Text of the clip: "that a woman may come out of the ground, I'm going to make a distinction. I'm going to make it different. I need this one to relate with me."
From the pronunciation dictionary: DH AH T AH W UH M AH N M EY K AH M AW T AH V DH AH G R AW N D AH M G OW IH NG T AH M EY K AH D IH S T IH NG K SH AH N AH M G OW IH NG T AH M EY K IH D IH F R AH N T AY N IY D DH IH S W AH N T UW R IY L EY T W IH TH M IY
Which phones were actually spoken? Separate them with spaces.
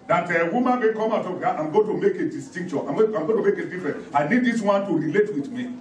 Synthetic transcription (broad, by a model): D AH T AH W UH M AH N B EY K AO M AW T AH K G AW AH M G OW T AH M EY K AH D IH S T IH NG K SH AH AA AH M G OW T AH M EY K IH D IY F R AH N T AY N IY D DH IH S W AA N T UW R IY L EY T W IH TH M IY